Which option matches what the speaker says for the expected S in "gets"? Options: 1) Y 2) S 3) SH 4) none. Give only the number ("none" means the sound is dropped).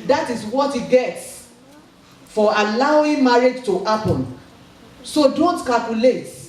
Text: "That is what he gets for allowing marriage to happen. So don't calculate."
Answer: 2